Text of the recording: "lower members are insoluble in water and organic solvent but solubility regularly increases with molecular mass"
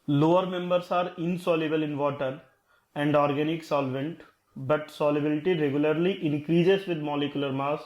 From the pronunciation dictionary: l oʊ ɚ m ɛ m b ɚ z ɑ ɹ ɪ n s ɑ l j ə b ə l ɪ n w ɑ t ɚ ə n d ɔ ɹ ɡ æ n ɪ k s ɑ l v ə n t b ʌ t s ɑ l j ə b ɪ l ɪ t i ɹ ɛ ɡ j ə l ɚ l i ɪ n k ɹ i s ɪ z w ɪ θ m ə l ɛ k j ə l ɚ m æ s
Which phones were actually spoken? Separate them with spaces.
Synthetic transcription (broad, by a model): l oʊ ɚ m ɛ m b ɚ s ɑ ɹ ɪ n s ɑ l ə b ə l ɪ n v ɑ t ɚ ə n d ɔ ɹ ɡ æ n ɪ k s ɑ l v ə n t b ʌ t s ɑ l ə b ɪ l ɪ t i ɹ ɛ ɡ j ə l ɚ l i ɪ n k ɹ i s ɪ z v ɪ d m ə l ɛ k j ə l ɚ m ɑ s